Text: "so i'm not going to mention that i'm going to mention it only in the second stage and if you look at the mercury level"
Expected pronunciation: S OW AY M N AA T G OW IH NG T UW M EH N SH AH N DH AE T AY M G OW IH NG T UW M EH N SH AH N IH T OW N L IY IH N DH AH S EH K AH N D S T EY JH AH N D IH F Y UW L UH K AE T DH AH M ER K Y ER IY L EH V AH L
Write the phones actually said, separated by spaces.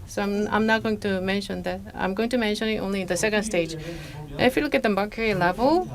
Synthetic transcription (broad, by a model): S OW AY M N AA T G OW IH NG T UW M EH N SH AH N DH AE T AY M G OW IH NG T UW M EH N SH AH N IH T OW N L IY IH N DH AH S EH K AH N D S T EY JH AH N IH F Y UW L UH K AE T DH AH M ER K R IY L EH V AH L